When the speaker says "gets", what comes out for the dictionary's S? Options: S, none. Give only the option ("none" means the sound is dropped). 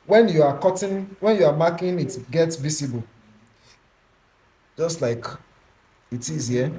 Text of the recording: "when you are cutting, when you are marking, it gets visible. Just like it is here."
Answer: S